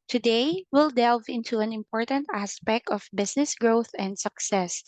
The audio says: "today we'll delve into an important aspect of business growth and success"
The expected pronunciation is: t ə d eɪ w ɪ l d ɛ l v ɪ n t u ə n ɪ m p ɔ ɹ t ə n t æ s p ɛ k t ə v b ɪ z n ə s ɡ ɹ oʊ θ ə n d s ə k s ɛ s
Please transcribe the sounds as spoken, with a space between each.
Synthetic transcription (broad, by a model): t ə d eɪ w ɪ l d ɛ l v ɪ n t u ə n ɪ m p ɔ ɹ t ə n t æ s p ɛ k t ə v b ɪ s n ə s ɡ ɹ oʊ θ ə n d s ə k s ɛ s